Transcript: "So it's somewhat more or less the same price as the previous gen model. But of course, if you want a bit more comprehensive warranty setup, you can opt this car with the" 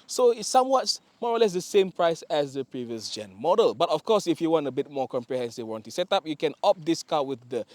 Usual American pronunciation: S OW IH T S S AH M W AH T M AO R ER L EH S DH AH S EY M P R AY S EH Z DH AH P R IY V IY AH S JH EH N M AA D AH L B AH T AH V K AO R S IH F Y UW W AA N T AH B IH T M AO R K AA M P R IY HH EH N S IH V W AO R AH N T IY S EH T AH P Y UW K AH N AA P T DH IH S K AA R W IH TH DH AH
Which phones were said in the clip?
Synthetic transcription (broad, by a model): S OW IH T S S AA M W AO T M AO R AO L EH S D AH S EY M P R AY S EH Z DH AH P R IY V IY AH S JH EH N M AA D AH L B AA T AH F K AO S IH F Y UW W AA N T AH B IH T M AO K AA M P R IY HH EH N S IH V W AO N T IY S EH T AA P Y UW K AH N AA P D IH S K AA W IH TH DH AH